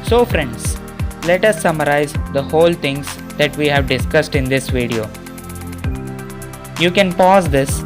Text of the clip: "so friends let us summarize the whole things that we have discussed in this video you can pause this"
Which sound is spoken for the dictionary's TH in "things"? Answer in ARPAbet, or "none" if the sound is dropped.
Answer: T